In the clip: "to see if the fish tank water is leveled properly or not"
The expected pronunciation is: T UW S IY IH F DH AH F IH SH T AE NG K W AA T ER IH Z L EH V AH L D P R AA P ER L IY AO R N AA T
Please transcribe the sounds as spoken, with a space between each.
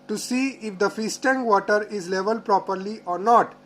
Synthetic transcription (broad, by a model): T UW S IY IH F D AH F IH S T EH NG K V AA T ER IH Z L EH V AH L D P R AA P ER L IY AO R N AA T